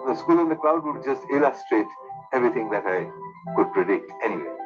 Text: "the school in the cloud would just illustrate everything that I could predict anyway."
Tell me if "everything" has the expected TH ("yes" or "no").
no